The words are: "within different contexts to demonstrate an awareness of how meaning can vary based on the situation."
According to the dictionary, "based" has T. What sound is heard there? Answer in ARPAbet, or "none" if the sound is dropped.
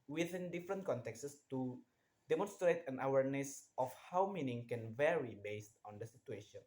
T